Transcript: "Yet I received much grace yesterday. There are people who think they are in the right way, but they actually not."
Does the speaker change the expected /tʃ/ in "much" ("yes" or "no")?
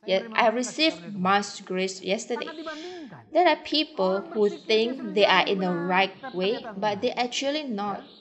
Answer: yes